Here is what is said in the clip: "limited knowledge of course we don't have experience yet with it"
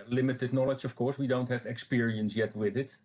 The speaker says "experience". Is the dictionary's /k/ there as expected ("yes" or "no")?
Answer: yes